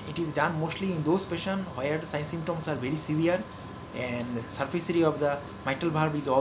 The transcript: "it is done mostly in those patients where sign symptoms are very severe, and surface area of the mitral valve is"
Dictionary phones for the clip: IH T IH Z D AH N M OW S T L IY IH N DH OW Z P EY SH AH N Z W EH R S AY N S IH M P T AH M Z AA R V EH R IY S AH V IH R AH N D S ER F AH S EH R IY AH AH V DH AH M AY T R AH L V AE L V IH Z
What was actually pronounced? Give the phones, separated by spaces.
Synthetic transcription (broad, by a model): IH T IH Z D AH N M OW S T L IY IH N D OW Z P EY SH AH N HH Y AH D S AY N S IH M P T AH M S AA R V EH R IY S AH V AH R AH N D S ER F AH S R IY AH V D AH M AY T AH L B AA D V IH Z